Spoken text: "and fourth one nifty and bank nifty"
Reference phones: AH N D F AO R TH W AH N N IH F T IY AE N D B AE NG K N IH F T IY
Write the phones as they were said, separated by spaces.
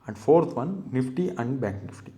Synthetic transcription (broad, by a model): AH N D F AO R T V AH N N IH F T IY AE N D B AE K N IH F T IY